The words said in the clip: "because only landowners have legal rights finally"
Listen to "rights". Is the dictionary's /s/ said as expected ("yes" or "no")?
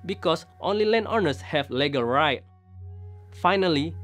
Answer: no